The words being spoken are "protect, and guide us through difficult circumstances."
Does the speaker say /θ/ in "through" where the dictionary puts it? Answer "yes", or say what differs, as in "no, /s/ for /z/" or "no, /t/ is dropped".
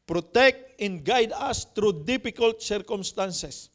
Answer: no, /t/ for /θ/